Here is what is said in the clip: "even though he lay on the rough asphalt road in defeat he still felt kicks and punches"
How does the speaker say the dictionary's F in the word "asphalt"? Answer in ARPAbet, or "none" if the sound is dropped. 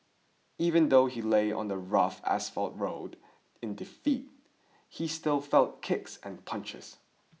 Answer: F